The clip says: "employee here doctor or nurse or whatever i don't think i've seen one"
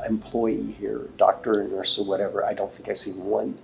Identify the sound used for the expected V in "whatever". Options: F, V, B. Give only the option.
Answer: V